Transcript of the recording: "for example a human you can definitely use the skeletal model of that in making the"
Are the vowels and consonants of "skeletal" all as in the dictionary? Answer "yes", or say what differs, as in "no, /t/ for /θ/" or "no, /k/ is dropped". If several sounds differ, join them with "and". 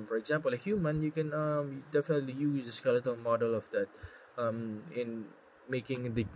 yes